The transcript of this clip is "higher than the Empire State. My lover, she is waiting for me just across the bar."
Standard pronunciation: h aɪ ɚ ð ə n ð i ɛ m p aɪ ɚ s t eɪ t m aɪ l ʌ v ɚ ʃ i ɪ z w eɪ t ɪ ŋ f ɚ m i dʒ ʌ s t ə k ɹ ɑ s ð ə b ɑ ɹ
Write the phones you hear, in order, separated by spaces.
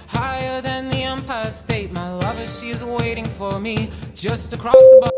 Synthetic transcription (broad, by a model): h aɪ ɚ ð ə n ð i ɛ m p aɪ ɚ s t eɪ t m aɪ l ʌ v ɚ ʃ i ɪ z w eɪ t ɪ ŋ f ɚ m i dʒ ʌ s t ə k ɹ ɑ s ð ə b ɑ